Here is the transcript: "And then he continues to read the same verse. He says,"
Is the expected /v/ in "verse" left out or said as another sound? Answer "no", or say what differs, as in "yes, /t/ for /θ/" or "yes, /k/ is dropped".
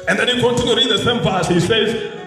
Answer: yes, /p/ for /v/